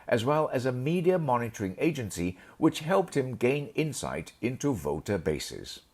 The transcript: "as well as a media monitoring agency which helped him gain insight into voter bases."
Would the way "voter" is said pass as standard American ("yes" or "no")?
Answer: yes